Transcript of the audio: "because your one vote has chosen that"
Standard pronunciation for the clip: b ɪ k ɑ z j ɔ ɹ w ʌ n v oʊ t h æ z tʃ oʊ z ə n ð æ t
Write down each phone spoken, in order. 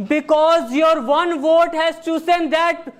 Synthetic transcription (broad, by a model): b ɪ k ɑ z j ɔ ɹ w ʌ n v oʊ t h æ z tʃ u s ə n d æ t